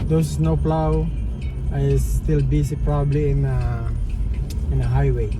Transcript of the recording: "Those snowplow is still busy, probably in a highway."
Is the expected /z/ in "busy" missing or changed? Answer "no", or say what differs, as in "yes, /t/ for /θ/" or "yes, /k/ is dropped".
yes, /s/ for /z/